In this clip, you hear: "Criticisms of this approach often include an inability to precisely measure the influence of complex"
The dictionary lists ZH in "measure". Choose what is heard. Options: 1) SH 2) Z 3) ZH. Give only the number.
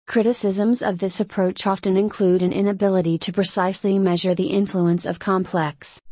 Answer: 3